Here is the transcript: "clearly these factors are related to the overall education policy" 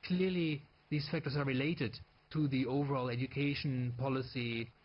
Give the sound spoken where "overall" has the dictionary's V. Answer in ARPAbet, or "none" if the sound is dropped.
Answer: V